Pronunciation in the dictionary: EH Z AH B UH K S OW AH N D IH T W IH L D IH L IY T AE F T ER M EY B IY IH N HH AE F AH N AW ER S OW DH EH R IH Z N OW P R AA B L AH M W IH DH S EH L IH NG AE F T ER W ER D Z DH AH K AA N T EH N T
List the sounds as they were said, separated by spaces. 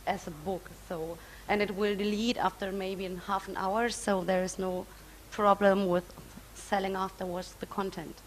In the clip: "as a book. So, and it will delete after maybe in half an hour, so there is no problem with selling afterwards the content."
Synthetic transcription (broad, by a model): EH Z AH B UH K S OW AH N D IH T W IH L D IH L IY T AE F T ER M EY B IY IH N HH AE F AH N AW ER S OW DH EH R IH Z N OW P R AA B L AH M W IH DH S EH L IH NG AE F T ER W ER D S DH AH K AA N T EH N T